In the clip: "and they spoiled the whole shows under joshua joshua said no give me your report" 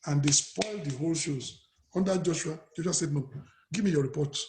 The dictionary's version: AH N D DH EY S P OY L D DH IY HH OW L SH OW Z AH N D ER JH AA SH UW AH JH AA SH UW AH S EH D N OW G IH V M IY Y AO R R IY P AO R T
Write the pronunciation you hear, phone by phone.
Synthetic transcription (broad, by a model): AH N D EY S P OY L D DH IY HH OW L SH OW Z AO N D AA JH AA SH UW AH JH AA SH UW AH S EH D N OW G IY V M IY Y AO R R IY P AO T